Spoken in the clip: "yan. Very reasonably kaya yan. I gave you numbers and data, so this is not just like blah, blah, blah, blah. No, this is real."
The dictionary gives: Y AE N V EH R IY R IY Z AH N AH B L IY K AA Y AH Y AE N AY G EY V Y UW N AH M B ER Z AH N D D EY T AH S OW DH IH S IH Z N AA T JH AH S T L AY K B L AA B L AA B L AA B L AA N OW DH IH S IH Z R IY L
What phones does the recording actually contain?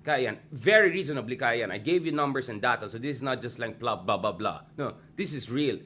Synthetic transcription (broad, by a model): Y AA N V EH R IY R IY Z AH N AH B L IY K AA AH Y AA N AY G EY V Y UW N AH M B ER S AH N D D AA T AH S OW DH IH S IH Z N AA T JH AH S T L AY K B L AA B L AA B L AA B L AA N OW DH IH S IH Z R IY L